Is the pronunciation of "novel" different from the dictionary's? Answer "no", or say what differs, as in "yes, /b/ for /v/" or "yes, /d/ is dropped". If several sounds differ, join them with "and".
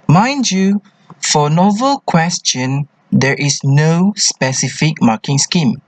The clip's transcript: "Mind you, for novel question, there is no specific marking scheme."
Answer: no